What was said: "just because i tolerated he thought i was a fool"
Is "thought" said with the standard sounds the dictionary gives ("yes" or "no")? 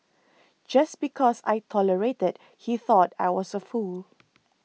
yes